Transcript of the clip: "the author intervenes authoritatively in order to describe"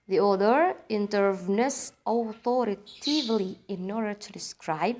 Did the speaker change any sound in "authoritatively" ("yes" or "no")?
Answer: yes